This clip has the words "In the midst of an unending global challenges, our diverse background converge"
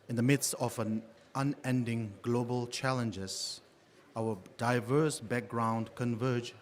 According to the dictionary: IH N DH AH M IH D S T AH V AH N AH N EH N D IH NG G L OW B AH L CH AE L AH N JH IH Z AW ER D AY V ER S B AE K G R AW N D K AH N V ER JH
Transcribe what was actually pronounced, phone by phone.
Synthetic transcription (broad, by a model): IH N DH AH M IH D S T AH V AH N AH N EH N D IH NG G L OW B AH L CH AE L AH N JH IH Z AW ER D AY V ER S B AE K G R AW N D K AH N V ER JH